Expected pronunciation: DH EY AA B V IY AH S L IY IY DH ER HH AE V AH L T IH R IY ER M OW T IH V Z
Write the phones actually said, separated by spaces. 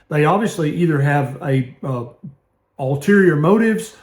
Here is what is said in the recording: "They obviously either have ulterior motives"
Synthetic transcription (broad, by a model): DH EY AA B V IY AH S L IY IY DH ER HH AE V AH L T IH R IY ER M OW T IH V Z